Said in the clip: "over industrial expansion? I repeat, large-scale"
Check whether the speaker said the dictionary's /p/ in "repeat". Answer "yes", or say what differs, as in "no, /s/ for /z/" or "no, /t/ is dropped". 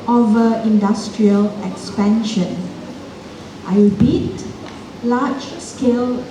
no, /b/ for /p/